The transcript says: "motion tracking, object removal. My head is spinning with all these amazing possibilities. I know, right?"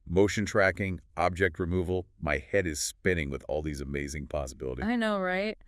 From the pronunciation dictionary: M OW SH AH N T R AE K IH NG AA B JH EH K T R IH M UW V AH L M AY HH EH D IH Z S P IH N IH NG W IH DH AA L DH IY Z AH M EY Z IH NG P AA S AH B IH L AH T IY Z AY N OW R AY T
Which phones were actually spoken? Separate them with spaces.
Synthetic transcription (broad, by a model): M OW SH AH N T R AE K IH NG AA B JH EH K T R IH M UW V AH L M AY HH EH D IH Z S P IH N IH NG W IH DH AA L DH IY Z AH M EY Z IH NG P AA S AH B IH L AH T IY AY N OW R AY T